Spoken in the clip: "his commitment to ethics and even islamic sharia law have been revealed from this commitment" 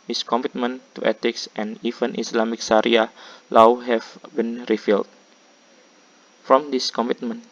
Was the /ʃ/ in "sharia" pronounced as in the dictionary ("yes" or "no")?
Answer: no